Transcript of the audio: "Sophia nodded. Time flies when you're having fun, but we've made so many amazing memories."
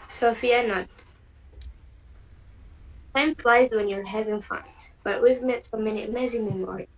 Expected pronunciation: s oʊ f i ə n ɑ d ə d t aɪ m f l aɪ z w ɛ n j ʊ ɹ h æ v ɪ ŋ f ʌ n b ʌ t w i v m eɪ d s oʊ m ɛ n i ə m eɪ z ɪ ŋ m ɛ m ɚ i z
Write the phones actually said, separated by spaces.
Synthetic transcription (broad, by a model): s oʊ f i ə n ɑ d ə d t aɪ m f l aɪ z w ɛ n j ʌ ɹ h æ v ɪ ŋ f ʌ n b ʌ t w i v m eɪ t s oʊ m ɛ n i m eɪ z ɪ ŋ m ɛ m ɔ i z